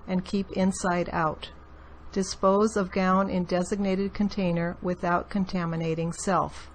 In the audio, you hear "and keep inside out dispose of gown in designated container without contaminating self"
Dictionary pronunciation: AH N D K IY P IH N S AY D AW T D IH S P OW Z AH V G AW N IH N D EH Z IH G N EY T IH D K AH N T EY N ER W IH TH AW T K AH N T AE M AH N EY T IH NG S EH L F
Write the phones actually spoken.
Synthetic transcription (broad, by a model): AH N K IY P IH N S AY D AW T D IH S P OW Z AH V G AW N IH N D EH Z IH G N EY T IH D K AH N T EY N ER W IH TH AW T K AH N T AE M AH N EY T IH NG S EH L F